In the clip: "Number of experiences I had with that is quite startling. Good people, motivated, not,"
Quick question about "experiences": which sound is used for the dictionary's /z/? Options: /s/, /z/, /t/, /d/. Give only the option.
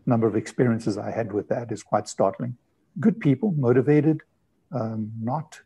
/z/